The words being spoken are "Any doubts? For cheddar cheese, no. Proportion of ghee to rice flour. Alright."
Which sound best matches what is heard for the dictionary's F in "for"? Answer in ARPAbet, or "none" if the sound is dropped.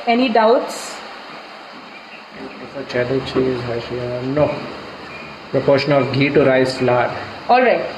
P